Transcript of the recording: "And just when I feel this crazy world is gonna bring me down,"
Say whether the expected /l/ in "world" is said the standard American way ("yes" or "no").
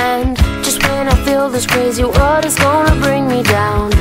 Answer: no